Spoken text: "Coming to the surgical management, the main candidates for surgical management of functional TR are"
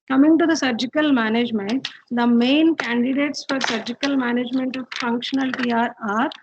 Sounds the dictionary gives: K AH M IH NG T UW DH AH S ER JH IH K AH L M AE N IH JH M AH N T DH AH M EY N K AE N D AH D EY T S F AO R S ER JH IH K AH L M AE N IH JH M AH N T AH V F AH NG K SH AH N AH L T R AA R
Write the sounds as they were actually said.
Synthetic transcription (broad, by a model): K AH M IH NG T UW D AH S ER JH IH K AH L M AE N IH JH M AH N T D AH M EY N K AE N D AH D EY T S F AO R S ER JH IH K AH L M AE N IH JH M AH N T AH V F AH NG K SH AH N AH L T R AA R